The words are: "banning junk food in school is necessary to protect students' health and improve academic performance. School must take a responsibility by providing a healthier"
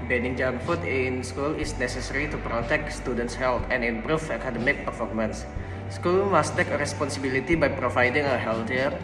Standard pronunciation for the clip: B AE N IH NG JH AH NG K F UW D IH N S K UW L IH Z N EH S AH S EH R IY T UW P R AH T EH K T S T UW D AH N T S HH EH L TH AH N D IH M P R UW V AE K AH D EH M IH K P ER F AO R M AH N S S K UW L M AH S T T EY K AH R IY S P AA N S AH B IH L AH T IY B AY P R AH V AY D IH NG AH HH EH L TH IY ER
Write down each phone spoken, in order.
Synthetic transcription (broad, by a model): B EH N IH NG JH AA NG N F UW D IH N S K UW L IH S N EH S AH S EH R IY T UW P R AH T EH K T S T UW D AH N T S HH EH L T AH N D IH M P R UW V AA K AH D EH M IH K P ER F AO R M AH N S S K UW L M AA S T T EY K AH R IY S P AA N S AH B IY L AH T IY B AY P R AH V AY D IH NG AH HH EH L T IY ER